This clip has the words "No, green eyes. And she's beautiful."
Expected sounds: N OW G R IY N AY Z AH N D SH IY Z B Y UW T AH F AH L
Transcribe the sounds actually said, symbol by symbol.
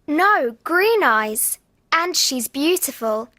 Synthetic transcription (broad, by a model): N OW G R IY N AY Z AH N SH IY Z B Y UW T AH F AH L